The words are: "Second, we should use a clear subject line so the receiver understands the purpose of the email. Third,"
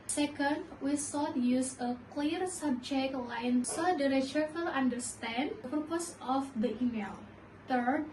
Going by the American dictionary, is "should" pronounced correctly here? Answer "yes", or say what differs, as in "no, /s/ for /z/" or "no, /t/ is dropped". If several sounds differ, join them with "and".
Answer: no, /s/ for /ʃ/